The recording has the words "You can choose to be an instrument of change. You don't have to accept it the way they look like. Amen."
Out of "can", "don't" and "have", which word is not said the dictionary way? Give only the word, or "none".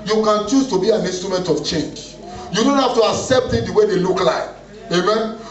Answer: have